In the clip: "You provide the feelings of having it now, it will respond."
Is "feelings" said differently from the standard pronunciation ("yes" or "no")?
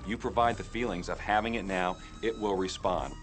no